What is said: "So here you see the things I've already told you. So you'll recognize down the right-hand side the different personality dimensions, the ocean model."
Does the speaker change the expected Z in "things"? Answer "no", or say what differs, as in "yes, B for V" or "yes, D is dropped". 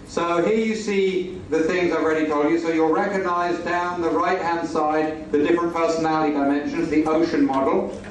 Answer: no